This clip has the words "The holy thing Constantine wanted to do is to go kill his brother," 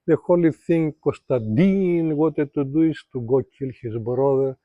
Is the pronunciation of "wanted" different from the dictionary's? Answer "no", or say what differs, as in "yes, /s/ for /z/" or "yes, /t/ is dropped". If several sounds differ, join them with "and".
yes, /n/ is dropped